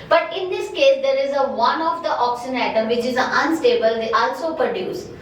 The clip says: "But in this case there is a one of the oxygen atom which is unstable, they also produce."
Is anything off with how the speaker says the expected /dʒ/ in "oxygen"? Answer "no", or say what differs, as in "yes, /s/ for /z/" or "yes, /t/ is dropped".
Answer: yes, /dʒ/ is dropped